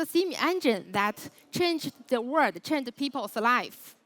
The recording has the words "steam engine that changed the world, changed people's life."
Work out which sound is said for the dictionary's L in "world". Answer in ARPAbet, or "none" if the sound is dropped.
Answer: none